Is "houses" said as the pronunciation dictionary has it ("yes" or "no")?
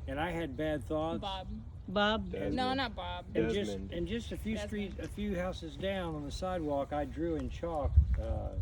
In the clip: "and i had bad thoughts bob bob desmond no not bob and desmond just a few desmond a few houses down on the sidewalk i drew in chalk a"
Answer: yes